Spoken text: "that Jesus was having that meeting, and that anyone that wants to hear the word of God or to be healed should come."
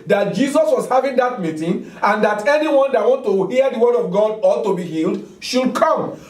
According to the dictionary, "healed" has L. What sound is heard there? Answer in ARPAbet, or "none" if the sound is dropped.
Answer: L